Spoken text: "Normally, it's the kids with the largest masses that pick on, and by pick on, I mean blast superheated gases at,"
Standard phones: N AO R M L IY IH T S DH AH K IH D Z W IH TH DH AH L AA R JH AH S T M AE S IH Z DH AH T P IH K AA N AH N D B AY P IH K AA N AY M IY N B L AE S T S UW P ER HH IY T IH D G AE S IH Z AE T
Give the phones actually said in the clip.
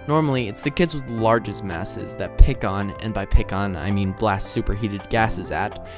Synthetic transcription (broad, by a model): N AO R M L IY IH T S DH AH K IH D Z W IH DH L AA R JH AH S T M AE S IH Z DH AH T P IH K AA N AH N B AY P IH K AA N AY M IY N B L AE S S UW P ER HH IY T IH D G AE S IH Z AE T